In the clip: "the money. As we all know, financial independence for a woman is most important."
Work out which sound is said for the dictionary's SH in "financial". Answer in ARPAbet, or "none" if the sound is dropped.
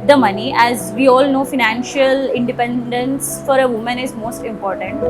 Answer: SH